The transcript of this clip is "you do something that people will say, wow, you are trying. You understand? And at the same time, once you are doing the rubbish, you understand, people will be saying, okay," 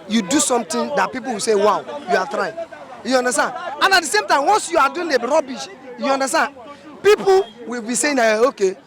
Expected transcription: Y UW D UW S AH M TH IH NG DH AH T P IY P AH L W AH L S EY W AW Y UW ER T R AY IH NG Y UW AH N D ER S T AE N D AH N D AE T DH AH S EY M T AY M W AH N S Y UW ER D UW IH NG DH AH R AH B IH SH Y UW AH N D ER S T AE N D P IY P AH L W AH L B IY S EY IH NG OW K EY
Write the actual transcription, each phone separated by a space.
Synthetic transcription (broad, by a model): Y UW D UW S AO M T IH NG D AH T P IY P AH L W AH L S EY W AW Y UW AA T R AY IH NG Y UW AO N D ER S T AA N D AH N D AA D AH S EY M T AY M W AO N S Y UW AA D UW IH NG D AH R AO B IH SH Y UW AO N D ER S T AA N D P IY P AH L W AH L B IY S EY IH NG OW K EY